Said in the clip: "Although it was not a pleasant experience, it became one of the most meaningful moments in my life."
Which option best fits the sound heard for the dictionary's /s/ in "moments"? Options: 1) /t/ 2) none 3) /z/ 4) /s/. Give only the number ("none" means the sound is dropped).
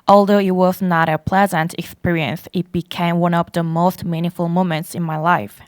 4